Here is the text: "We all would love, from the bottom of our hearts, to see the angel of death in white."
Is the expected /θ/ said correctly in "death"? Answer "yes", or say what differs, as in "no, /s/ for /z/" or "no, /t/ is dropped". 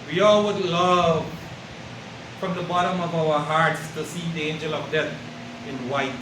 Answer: no, /t/ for /θ/